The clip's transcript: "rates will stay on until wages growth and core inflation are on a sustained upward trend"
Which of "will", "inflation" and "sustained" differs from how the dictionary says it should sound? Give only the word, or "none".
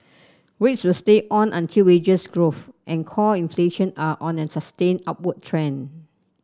sustained